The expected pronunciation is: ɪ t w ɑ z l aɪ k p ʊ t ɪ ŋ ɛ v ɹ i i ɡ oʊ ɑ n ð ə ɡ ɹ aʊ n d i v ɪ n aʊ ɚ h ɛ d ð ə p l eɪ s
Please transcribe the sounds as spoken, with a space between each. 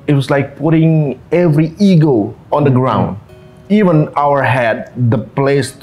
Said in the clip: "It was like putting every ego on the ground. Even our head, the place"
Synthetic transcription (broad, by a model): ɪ t w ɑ s l aɪ k p ʊ t ɪ ŋ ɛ v ɹ i i ɡ oʊ ɑ n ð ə ɡ ɹ aʊ n d i v ɪ n aʊ ɚ h ɛ d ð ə p l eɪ s